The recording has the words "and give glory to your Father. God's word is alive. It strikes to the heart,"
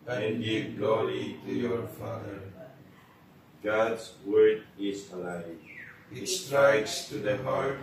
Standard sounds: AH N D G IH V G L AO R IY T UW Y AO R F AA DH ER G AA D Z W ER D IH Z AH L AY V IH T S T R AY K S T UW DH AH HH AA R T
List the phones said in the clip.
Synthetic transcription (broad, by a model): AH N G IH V G L AO R IY T UW Y AO R F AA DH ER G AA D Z W ER D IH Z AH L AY IH T S T R AY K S T UW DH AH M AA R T